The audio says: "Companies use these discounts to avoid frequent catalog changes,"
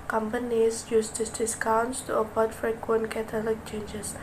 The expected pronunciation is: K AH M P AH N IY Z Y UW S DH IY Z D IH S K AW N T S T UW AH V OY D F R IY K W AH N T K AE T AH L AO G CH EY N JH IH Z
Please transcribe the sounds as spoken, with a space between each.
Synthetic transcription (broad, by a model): K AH M P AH N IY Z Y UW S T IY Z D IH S K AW N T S T UW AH P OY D F R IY K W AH N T K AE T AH L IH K CH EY N JH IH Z